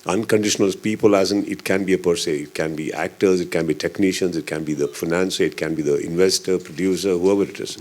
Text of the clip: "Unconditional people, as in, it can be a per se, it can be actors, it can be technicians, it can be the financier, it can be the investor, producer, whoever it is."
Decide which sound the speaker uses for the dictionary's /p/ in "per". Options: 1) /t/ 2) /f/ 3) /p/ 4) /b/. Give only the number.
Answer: 3